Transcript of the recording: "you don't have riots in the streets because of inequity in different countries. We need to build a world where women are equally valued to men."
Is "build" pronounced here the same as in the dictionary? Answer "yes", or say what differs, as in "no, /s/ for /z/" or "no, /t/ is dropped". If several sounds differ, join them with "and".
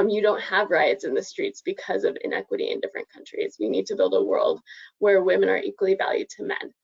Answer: yes